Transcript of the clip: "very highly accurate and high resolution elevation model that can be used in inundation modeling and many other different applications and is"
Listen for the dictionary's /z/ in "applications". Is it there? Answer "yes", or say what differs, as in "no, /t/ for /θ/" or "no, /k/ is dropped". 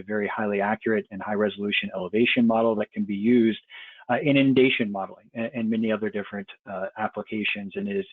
yes